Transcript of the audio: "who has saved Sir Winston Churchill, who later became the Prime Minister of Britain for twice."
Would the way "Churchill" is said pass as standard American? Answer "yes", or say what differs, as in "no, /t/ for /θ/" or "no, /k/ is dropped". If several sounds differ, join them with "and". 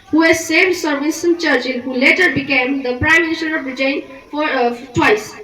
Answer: no, /n/ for /l/